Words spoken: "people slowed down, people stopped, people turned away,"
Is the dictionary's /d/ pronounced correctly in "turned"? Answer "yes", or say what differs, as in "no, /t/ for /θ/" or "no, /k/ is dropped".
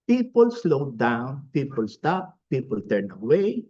no, /d/ is dropped